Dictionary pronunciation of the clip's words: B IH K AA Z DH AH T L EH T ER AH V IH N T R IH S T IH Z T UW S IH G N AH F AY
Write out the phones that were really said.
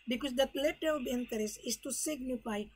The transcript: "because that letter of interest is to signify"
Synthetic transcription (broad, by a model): B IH K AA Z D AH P L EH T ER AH B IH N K R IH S IH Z T UW S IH G N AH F AY